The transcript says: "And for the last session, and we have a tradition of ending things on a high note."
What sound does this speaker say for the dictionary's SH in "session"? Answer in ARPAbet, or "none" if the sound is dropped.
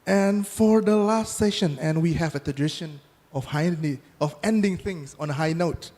SH